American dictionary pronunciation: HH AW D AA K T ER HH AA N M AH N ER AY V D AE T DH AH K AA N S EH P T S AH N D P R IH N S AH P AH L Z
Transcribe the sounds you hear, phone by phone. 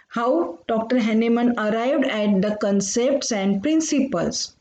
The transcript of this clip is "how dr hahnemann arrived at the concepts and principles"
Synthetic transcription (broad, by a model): HH AW D AA K T ER HH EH N M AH N ER AY V D AE T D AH K AA N S EH P T S AH N D P R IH N S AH P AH L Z